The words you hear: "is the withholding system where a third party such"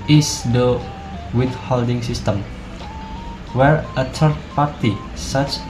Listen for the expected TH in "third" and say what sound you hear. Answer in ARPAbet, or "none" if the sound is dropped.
T